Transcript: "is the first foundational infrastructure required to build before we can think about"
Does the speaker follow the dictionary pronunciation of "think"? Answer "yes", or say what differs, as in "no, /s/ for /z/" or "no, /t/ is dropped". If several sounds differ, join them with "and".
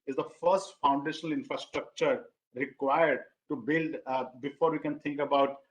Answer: no, /t/ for /θ/